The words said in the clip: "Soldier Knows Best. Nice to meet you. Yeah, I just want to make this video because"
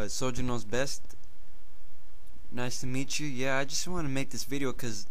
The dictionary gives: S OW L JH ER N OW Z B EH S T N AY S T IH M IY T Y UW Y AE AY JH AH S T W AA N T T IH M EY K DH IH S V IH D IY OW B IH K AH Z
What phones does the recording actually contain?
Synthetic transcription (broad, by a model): S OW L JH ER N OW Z B EH S T N AY S T IH M IY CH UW Y AE AY JH AH S T W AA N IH M EY K DH IH S V IH D IY OW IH K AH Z